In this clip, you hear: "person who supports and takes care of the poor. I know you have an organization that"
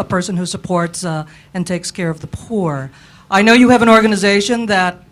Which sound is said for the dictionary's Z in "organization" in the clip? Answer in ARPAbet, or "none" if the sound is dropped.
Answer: Z